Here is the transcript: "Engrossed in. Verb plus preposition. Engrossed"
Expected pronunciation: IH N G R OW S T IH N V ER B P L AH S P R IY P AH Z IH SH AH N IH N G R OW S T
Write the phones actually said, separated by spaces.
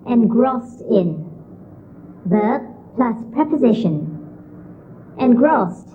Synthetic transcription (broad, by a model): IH N G R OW S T IH N B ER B P L AH S P R IY P AH Z IH SH AH N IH N G R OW S T